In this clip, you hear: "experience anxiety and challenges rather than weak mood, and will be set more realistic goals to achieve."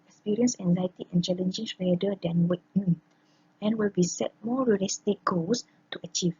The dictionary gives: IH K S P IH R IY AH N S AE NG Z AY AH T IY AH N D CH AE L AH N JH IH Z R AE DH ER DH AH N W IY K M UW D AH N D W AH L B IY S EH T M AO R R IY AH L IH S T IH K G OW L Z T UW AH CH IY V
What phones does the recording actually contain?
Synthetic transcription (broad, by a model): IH K S P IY R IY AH N S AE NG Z AY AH T IY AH N CH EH L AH N JH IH S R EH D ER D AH N W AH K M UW AH N W AH L B IY S EH T M AO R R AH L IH S T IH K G OW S T UW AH CH IY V